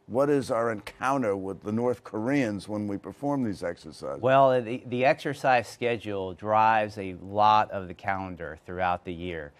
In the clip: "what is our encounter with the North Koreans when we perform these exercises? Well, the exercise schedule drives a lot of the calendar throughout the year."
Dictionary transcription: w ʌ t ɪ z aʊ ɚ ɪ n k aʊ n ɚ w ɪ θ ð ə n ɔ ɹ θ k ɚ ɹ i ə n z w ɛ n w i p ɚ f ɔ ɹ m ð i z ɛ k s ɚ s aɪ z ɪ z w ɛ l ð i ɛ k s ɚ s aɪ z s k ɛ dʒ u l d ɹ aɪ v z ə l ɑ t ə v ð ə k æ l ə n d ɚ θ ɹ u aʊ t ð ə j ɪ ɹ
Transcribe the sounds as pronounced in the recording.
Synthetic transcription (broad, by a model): w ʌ t ɪ z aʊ ɚ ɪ n k aʊ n ɚ w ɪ ð ə n ɔ ɹ θ k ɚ ɹ i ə n z w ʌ n w i p ɚ f ɔ ɹ m ð i z ɛ k s ɚ s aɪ ɪ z w ɛ l ð i ɛ k s ɚ s aɪ z s k ɛ dʒ u l d ɹ aɪ v z ə l ɑ t ə v ð ə k æ l ə n d ɚ θ ɹ u aʊ t ð ə j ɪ ɹ